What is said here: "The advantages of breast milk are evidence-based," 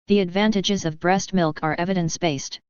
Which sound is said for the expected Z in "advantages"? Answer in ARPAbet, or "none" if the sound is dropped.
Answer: Z